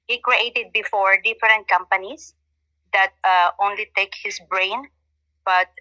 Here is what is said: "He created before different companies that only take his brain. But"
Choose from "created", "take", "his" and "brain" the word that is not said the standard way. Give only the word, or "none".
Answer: his